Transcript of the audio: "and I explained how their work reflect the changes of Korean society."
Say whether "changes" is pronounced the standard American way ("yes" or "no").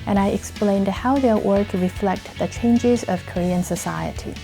yes